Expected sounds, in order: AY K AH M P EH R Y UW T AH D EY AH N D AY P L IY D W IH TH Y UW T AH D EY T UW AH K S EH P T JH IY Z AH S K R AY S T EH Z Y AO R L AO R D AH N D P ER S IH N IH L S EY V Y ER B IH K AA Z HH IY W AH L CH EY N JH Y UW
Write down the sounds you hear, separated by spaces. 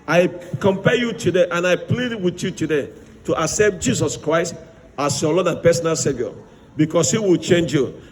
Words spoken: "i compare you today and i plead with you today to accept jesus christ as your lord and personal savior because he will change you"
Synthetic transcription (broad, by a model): AY K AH M P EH Y UW T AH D EY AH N AY P L IY D W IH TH Y UW T AH D EY T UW AH K S EH P T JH IY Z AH S K R AY S T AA S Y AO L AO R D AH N P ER S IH N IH L S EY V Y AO B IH K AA S HH IY W AH L CH EY N JH Y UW